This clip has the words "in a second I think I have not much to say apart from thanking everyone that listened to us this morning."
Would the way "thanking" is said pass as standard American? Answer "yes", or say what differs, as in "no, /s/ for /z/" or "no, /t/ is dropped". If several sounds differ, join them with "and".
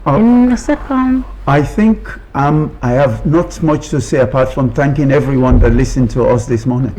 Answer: yes